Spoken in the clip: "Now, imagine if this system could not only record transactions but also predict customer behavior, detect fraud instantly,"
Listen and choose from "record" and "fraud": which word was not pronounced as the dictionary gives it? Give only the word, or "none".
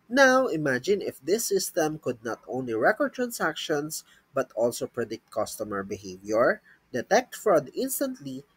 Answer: none